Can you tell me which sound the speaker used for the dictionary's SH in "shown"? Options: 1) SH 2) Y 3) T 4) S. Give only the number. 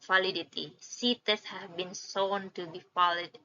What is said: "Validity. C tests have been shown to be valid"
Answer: 4